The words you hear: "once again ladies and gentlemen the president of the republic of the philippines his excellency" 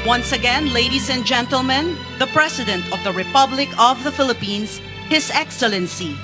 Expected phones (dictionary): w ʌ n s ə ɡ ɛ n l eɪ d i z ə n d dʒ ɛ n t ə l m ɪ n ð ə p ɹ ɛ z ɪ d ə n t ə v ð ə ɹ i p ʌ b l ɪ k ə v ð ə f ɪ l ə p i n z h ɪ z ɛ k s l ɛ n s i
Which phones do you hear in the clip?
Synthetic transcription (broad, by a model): w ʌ n s ə ɡ ɛ n l eɪ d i s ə n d dʒ ɛ n t ə l m ɪ n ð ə p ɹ ɛ s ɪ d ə n t ə v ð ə ɹ i p ʌ b l ɪ k ə v ð ə f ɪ l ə p i n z h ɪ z ɛ k s l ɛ n s i